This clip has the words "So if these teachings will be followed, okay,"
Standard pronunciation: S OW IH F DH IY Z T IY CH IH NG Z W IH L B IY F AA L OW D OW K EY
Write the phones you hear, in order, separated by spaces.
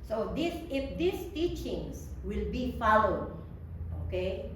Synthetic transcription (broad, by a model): S OW IH F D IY S T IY CH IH NG S W IH L B IY F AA L OW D OW K EY